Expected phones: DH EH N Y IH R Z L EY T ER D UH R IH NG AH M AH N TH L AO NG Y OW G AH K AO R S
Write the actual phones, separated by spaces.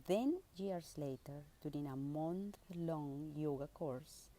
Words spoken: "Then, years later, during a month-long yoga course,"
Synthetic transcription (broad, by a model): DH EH N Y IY R S L EY T ER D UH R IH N AH M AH N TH L AO NG Y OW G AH K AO R S